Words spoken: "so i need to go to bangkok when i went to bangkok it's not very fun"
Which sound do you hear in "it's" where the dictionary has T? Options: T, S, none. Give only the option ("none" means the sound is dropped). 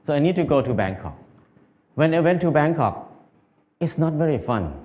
T